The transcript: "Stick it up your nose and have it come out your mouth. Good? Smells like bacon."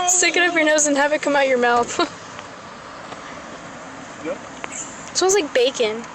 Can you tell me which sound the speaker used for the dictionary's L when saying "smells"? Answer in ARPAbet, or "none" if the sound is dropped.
none